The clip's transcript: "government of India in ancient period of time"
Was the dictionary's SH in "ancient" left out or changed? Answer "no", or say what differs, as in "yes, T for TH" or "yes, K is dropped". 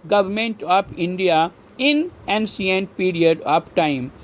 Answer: yes, S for SH